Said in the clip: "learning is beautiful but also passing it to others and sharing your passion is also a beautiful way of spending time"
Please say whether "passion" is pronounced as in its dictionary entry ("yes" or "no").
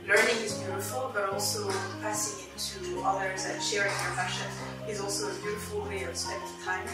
no